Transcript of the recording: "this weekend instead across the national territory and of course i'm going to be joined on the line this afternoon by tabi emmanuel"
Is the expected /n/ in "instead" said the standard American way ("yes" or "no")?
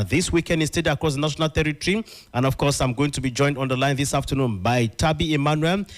no